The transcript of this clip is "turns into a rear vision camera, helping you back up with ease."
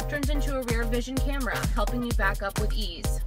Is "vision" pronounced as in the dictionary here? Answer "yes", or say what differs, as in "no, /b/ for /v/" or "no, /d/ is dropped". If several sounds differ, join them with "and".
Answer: yes